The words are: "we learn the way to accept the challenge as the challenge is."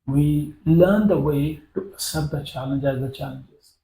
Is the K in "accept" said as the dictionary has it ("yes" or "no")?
no